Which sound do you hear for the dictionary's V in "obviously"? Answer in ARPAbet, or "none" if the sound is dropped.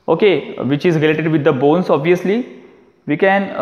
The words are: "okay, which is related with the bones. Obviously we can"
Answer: V